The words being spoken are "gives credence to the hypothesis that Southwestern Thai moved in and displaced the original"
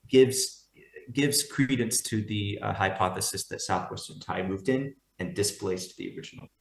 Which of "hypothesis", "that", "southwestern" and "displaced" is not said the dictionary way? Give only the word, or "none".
none